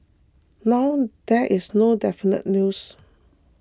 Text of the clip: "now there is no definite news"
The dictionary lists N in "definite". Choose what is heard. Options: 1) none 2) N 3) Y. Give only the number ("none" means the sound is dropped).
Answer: 2